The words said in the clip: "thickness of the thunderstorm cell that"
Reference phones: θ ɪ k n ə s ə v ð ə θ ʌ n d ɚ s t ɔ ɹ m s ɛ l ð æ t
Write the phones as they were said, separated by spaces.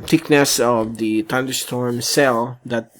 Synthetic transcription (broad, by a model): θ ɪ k n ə s ə v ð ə t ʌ n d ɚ s t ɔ ɹ m s ɛ l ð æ t